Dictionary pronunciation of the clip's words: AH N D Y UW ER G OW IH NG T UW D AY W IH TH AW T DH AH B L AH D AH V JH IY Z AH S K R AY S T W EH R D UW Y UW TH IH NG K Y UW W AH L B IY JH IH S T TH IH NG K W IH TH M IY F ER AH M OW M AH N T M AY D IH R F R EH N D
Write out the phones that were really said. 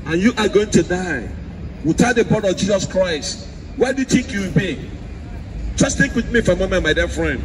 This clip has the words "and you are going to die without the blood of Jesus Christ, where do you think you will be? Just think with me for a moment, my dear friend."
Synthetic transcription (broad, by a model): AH N Y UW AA G OW IH NG T UW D AY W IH T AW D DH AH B AO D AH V JH IY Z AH S K R AY S T W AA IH D UW Y UW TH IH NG K Y UW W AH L B IY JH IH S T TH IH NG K W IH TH M IY F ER AH M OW M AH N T M AY D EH F R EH N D